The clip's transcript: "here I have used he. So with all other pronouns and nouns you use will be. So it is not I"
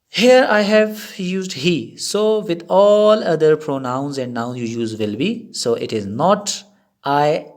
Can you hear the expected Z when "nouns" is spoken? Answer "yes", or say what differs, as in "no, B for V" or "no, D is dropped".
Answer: no, Z is dropped